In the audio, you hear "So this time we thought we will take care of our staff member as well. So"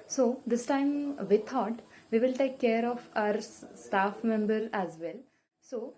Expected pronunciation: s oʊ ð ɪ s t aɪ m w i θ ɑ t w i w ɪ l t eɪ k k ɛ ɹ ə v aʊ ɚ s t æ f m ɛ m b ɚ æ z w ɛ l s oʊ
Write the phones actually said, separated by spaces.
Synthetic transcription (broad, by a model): s oʊ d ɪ s t aɪ m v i t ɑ t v i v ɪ l t eɪ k k ɛ ɹ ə f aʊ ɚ s t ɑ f m ɛ m b ɚ æ z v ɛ l s oʊ